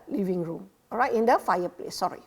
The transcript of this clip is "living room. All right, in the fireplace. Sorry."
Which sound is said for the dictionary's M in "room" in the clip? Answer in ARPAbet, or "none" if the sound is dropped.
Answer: M